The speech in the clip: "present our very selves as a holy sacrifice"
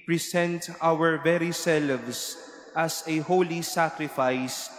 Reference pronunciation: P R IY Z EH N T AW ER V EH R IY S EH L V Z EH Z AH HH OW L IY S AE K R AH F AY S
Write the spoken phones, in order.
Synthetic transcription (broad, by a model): P R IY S EH N T AW ER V EH R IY S EH L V S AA S AH HH OW L IY S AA K R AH F AY S